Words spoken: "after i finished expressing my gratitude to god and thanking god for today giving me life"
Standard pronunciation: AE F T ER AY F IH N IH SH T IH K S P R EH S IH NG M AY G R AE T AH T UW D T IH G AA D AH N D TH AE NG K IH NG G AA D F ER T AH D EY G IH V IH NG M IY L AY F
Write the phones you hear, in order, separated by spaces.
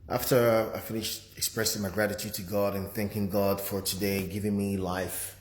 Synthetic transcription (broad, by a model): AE F T ER AY F IH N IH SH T IH K S P R EH S IH NG M AY G R AE T AH T UW D T IH G AA D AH N TH AE NG K IH NG G AA D F ER T AH D EY G IH V IH NG M IY L AY F